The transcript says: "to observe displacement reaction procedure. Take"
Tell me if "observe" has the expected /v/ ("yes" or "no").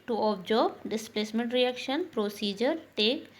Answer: no